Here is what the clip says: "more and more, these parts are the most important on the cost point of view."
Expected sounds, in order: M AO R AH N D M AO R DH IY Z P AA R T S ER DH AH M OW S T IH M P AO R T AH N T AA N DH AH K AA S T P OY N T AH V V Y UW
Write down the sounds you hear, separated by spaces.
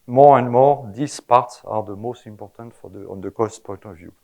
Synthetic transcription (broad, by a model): M AO R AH N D M AO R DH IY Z P AA R T S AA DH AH M OW S T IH M P AO R T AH N T AA N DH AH K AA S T P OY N T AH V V Y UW